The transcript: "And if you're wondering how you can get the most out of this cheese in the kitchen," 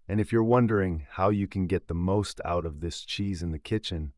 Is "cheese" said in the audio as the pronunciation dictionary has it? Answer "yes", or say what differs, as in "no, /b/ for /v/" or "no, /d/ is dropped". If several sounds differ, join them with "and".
yes